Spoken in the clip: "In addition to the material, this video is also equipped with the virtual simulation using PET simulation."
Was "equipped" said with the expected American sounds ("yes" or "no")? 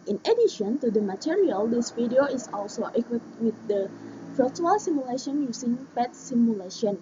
no